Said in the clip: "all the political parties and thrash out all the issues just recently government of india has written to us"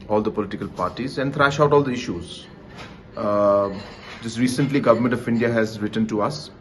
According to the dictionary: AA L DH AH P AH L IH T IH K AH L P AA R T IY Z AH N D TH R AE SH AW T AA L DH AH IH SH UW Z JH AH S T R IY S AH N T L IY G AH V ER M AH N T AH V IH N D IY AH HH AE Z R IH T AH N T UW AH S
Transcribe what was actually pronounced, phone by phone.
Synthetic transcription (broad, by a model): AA L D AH P AH L IH T IH K AH L P AA R T IY Z AH N D T R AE SH AW T AA L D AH IH SH UW Z JH AH S T R IY S AH N T L IY G AH V ER M AH N T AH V IH N D IY AH HH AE Z R IH T AH N T UW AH S